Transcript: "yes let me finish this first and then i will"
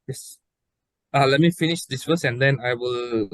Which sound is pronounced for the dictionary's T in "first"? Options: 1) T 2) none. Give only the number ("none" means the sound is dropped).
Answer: 2